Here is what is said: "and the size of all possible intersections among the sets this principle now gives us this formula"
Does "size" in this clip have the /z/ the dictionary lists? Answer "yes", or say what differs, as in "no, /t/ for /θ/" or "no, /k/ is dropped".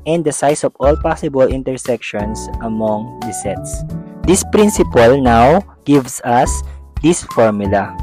no, /s/ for /z/